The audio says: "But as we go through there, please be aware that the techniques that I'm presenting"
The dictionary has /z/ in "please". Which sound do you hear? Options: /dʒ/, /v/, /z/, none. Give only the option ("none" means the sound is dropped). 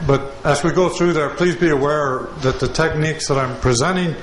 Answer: /z/